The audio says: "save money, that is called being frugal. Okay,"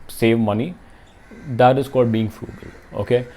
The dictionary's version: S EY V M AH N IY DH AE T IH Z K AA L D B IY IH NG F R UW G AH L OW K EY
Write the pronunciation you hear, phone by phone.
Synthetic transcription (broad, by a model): S EY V M AH N IY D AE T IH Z K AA D B IY IH NG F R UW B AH L OW K EY